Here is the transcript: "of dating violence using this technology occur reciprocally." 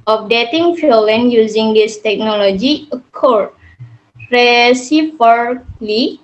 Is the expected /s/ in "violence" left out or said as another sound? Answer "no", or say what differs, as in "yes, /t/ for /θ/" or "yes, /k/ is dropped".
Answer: yes, /s/ is dropped